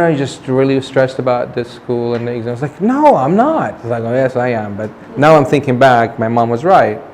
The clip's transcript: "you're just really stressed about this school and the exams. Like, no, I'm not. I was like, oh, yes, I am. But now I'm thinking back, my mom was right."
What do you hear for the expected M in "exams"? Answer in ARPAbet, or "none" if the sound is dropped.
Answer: none